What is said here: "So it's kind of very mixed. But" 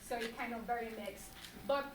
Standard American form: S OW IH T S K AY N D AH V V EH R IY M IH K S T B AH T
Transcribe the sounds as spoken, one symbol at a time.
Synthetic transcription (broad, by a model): S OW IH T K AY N AH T V EH R IY M IH K S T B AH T